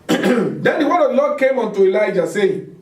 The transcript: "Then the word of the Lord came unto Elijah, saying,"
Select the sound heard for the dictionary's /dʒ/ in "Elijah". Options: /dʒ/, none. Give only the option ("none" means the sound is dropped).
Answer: /dʒ/